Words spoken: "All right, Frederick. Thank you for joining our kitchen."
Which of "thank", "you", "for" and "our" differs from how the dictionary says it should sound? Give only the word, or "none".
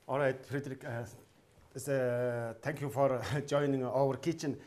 thank